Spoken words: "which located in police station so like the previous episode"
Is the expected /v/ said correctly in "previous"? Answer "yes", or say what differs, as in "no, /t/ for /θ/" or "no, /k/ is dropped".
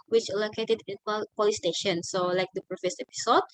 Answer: no, /f/ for /v/